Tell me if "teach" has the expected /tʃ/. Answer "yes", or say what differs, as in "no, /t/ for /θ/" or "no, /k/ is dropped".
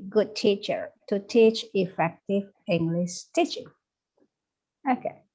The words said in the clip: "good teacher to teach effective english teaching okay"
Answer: yes